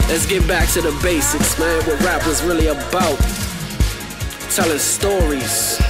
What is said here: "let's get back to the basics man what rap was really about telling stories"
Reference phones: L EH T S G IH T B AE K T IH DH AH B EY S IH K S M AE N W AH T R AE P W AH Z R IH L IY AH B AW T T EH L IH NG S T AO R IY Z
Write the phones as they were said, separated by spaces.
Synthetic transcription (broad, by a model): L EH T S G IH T B AE K T IH DH AH B EY S IH K S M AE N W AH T R AE P W AH Z R IH L IY AH B AW T T EH L IH NG S T AO R IY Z